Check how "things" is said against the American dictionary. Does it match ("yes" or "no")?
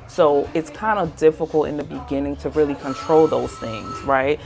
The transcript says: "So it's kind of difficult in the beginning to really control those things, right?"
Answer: yes